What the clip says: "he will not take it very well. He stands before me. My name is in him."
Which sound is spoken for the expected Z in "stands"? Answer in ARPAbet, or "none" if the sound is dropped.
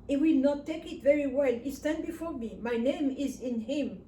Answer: none